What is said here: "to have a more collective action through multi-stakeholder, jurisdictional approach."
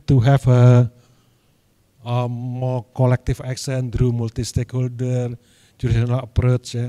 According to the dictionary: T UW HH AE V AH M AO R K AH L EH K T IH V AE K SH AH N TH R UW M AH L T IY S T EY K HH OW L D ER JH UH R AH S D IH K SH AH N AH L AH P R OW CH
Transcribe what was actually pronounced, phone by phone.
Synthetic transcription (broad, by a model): T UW HH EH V AH M AO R K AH L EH K T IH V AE K S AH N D R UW M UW L T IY S T EY K HH OW L D ER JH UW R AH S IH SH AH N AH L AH P R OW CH